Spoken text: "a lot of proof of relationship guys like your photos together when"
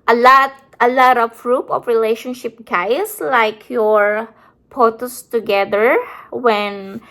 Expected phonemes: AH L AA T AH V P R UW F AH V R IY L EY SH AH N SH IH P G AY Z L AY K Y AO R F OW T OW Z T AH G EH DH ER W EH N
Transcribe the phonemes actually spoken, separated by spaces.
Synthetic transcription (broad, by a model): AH L AA T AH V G R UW P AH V R IY L EY SH AH N SH IH P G AY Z L AY K Y AO R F OW T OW S T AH G EH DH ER W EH N